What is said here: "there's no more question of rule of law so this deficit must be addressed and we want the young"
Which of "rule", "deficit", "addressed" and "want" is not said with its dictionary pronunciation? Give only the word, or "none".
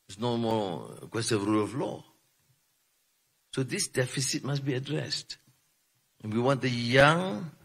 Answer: none